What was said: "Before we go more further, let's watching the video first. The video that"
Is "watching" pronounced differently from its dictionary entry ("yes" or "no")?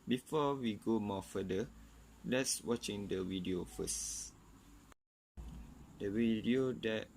no